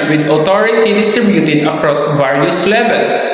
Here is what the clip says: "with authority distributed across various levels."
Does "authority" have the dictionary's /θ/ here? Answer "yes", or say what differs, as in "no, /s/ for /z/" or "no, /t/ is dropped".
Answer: no, /t/ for /θ/